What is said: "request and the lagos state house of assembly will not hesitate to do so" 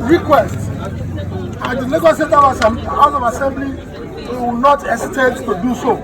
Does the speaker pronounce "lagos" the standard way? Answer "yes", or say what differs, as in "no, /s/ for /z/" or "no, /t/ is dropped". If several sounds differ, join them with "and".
no, /n/ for /l/